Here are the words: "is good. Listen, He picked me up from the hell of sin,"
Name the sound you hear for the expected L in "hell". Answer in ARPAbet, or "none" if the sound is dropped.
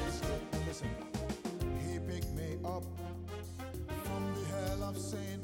L